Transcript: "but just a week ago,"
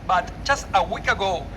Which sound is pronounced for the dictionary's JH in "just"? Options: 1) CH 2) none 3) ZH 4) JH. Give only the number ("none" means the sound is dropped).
1